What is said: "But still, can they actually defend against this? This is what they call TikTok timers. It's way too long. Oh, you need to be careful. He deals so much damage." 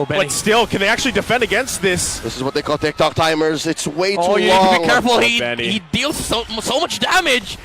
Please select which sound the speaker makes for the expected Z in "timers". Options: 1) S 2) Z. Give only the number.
2